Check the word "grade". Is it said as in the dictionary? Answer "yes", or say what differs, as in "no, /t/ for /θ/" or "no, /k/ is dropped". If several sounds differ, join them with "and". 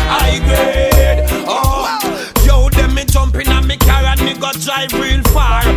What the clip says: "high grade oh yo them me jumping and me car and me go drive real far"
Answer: no, /ɹ/ is dropped